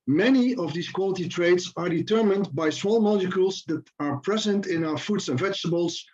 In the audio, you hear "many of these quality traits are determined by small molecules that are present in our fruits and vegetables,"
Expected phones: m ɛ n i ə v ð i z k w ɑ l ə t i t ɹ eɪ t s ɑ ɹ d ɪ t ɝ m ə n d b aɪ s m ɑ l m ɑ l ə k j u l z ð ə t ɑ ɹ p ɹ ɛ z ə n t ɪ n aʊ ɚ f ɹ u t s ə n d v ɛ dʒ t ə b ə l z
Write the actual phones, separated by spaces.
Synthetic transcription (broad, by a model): m ɛ n i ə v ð i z k w ɑ l ə t i t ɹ eɪ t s ɑ ɹ d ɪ t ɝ m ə n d b aɪ s m ɑ l m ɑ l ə k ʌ l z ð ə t ɑ ɹ p ɹ ɛ z ə n t ɪ n aʊ ɚ f u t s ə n v ɛ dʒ t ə b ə l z